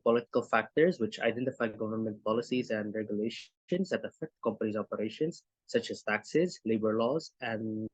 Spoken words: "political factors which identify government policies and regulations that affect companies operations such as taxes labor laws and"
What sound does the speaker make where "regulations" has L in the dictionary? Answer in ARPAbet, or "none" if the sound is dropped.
L